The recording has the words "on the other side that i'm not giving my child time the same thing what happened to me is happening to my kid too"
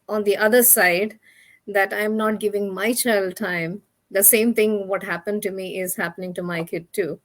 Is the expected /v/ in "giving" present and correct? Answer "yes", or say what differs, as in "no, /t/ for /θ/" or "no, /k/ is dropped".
yes